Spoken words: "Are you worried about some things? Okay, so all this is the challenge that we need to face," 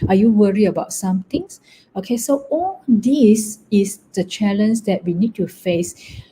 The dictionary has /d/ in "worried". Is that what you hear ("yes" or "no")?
no